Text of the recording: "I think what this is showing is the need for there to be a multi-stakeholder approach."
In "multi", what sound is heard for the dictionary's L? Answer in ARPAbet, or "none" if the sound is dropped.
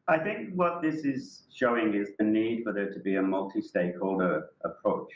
L